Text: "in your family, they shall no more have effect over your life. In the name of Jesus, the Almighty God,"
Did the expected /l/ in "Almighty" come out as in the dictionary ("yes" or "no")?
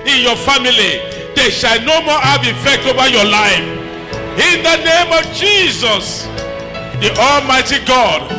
yes